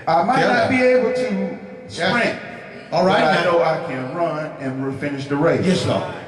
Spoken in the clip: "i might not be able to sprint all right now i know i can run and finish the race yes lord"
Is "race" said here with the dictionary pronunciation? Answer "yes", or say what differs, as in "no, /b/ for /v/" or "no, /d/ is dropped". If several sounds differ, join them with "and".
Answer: no, /s/ is dropped